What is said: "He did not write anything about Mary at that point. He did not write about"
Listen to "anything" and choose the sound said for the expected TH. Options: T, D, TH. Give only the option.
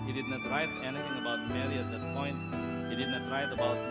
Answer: T